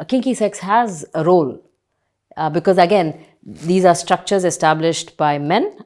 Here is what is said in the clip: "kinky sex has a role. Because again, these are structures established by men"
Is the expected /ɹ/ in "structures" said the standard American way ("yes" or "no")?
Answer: yes